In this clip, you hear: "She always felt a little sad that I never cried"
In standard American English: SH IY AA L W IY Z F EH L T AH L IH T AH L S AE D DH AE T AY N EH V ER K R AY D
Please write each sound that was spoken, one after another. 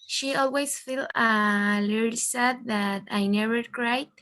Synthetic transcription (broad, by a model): SH IY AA L W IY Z F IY L AH L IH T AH S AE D DH AE T AY N EH V ER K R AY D